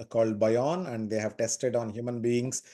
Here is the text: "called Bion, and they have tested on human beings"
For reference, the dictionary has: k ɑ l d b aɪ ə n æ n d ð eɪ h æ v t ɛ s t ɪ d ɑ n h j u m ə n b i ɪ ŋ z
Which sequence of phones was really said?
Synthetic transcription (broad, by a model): k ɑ l d b aɪ ə n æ n d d eɪ h æ v t ɛ s t ɪ d ɑ n h j u m ə n b i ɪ ŋ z